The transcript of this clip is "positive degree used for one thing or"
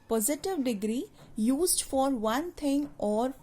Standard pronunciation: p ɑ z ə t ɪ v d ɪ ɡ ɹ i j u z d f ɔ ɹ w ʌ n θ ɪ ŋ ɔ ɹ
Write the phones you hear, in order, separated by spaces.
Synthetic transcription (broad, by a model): p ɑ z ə t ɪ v d ɪ ɡ ɹ i j u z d f ɔ ɹ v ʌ n t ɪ ŋ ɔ ɹ